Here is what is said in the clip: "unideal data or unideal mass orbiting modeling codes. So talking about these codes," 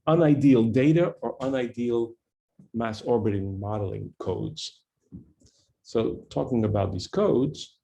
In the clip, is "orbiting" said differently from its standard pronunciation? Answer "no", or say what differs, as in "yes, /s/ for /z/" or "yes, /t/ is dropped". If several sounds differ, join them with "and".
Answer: no